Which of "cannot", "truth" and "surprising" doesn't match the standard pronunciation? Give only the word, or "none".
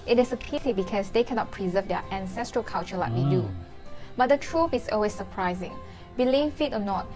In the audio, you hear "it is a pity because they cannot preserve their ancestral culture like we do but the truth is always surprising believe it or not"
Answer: truth